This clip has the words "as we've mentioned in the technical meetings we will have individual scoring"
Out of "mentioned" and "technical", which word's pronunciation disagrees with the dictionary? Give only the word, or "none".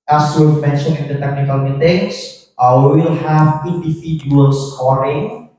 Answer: mentioned